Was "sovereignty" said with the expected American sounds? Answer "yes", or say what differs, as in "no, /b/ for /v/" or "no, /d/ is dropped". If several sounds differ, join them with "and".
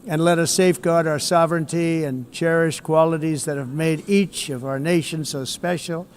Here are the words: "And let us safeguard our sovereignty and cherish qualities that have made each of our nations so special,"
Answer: yes